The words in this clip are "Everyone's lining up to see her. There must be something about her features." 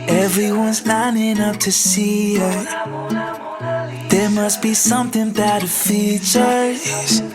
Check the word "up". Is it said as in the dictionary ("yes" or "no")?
no